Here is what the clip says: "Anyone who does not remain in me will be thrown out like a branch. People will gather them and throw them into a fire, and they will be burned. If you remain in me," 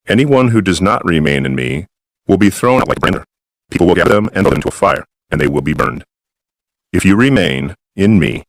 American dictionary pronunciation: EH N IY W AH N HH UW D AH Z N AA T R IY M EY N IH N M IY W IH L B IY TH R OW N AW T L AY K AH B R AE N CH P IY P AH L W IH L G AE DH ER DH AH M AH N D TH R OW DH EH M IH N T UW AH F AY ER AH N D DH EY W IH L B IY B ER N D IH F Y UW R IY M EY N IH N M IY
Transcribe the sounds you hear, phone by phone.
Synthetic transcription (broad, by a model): EH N IY W AH N HH UW D AH Z N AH T R IY M EY N IH N M IY W IH L B IY TH R OW N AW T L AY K AH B R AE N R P IY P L W IH L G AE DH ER DH AH M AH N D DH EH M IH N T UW AH F AY ER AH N DH EY W IH L B IY B ER N D IH F Y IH R IY M EY N IH N M IY